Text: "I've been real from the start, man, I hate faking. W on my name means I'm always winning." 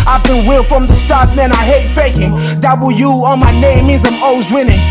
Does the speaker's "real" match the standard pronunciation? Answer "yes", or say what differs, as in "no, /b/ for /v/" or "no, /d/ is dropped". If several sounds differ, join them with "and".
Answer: no, /w/ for /ɹ/